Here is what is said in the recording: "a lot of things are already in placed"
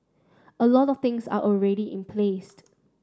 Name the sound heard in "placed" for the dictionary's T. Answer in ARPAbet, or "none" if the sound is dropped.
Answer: T